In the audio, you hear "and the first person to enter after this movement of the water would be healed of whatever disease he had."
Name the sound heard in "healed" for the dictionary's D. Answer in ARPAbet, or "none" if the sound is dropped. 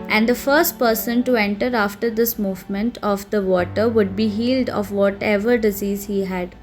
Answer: D